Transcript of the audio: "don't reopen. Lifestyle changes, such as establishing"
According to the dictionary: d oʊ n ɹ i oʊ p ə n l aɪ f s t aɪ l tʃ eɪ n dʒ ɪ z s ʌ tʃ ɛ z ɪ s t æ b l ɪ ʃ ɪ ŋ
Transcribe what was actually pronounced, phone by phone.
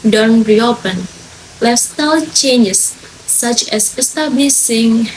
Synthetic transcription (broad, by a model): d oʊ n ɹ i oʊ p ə n l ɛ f s t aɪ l tʃ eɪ n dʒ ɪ s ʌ tʃ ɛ s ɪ s t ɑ b l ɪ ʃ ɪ ŋ